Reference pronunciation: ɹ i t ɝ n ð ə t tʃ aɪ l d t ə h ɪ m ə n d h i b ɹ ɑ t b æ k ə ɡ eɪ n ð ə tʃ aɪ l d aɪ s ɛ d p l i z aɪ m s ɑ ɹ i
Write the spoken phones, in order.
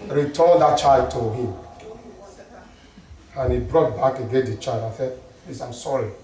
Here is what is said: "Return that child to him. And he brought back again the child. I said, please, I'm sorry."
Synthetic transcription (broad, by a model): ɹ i t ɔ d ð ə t tʃ aɪ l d t ə h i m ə n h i b ɹ ɑ t b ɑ k ə ɡ eɪ n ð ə tʃ aɪ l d aɪ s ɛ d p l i s aɪ m s ɑ ɹ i